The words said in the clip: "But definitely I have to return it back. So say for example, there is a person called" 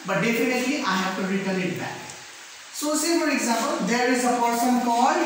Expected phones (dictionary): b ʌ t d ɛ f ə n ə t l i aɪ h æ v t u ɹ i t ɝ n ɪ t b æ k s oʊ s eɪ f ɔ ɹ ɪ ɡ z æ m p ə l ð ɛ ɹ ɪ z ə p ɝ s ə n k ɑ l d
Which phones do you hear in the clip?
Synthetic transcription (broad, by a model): b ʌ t d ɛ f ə n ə t l i aɪ h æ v t u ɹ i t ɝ l ɪ t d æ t s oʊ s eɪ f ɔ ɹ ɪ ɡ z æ m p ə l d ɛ ɹ ɪ z ə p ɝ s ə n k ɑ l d